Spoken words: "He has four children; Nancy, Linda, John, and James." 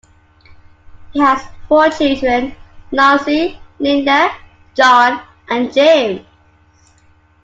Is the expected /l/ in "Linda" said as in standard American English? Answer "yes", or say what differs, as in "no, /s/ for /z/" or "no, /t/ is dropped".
no, /n/ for /l/